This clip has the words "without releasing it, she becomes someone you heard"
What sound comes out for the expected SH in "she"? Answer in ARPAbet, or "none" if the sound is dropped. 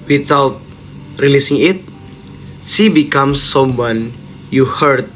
S